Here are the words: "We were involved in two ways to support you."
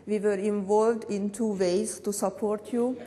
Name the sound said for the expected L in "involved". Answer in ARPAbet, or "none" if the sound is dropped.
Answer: L